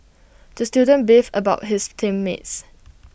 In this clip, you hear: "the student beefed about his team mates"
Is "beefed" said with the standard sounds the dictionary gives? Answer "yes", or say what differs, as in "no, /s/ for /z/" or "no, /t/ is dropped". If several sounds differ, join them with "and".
no, /t/ is dropped